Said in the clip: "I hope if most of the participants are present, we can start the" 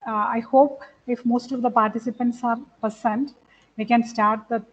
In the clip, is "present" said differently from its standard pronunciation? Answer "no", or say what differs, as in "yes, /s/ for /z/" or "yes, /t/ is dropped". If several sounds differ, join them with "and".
yes, /ɹ/ is dropped